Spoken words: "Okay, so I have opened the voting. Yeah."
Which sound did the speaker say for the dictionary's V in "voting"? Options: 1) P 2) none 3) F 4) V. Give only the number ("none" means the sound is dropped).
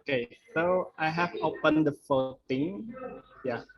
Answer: 3